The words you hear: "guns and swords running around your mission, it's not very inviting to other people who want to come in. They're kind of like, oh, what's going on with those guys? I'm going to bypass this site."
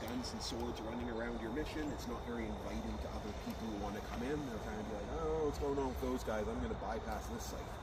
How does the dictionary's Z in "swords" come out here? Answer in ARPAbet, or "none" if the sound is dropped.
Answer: Z